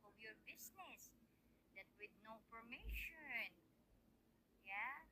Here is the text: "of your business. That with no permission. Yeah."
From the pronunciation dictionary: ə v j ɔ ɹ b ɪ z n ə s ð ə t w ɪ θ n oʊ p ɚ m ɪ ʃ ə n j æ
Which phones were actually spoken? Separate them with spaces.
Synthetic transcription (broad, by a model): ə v j ɔ ɹ b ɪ s n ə s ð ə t w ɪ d n oʊ p ɚ m ɪ ʃ ə n j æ